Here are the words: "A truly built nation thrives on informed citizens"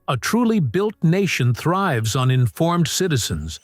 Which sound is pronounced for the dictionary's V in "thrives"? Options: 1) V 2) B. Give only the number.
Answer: 1